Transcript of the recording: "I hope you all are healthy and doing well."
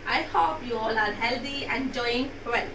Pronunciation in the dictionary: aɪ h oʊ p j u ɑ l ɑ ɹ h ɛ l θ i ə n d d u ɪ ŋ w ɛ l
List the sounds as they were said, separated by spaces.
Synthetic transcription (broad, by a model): aɪ h oʊ p j u ɑ l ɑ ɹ h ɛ l t i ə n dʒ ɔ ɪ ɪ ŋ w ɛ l